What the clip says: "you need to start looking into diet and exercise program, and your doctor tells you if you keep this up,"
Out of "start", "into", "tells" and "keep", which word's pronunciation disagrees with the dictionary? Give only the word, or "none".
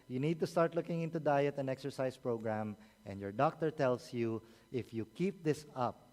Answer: tells